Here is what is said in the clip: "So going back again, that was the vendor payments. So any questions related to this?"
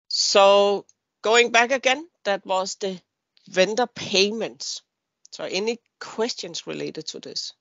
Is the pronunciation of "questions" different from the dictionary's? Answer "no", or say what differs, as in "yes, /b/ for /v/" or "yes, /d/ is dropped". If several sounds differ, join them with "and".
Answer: yes, /s/ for /z/